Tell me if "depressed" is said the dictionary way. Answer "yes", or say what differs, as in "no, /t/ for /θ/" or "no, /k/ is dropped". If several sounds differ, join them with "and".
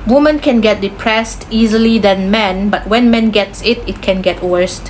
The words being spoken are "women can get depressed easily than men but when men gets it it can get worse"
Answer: yes